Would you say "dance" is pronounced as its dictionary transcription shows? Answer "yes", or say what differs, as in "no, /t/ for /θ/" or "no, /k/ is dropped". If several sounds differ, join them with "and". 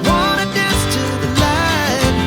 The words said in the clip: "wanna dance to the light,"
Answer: no, /n/ is dropped